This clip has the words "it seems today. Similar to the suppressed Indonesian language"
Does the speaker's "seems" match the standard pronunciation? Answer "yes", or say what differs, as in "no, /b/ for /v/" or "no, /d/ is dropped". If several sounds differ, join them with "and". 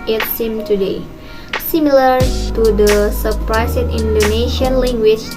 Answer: no, /z/ is dropped